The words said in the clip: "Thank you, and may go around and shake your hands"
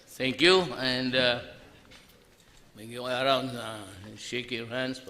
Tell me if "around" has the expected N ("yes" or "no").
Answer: no